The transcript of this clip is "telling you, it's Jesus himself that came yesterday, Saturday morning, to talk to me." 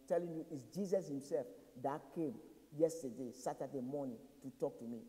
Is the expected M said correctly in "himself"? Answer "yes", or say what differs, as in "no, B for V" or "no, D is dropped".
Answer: yes